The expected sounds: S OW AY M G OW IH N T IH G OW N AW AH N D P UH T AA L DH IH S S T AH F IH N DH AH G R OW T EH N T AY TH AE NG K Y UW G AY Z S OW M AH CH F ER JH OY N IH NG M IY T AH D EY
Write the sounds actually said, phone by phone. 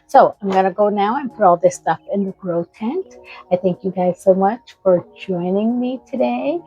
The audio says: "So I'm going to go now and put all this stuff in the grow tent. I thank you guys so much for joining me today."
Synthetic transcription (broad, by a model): S OW AY M G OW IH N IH G OW N AW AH N P UH T AA L DH IH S S T AH F IH N DH AH G R OW T EH N T AY TH AE NG K Y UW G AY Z S OW M AH CH F ER JH OY N IH NG M IY T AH D EY